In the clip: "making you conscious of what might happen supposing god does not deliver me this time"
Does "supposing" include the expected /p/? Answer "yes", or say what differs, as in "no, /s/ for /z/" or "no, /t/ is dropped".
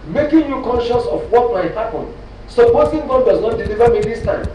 no, /b/ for /p/